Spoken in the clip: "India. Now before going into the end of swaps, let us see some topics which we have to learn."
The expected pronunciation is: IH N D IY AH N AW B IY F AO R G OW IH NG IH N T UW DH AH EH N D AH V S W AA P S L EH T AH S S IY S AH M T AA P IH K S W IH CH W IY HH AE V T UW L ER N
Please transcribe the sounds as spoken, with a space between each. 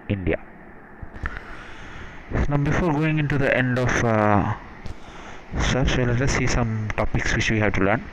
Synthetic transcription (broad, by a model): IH N D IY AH N AW B IY F AO R G OW IH NG IH N T UW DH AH EH N D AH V S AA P S L EH T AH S S IY S AH M T AA P IH K S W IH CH W IY HH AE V T UW L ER N